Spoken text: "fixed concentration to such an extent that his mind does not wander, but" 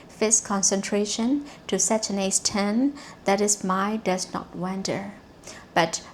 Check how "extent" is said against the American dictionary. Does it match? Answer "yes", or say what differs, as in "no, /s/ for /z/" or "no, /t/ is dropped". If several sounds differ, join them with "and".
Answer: no, /k/ is dropped